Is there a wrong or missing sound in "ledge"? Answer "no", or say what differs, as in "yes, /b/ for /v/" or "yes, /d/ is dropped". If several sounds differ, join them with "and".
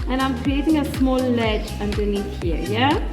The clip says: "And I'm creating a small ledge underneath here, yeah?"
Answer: no